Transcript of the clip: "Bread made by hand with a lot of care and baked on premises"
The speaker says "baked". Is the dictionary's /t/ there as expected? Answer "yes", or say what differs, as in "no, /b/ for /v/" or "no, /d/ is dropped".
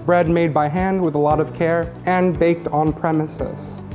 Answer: yes